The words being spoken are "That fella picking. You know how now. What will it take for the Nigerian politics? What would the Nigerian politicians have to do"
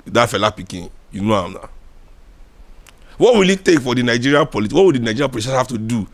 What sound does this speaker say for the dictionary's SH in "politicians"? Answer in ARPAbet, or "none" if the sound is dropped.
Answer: none